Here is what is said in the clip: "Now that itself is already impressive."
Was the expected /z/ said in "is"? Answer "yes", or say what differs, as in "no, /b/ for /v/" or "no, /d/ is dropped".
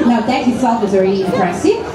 yes